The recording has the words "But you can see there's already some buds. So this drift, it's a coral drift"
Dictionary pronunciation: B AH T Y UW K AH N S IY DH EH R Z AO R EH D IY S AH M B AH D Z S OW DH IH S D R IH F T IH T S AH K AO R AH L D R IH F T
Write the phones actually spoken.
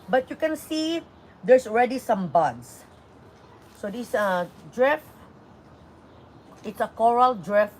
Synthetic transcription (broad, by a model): B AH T Y UW K AH N S IY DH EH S AO R EH D IY S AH M B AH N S S OW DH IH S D R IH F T IH T S AH K AO R AH L D R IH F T